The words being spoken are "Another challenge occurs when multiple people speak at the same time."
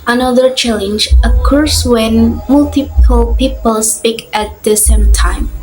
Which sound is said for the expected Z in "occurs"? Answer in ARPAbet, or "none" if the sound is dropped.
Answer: S